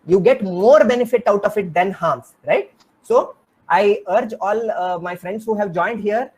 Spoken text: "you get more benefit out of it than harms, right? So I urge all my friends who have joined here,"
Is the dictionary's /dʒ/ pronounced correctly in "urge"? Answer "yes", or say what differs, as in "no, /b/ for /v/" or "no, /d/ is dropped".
yes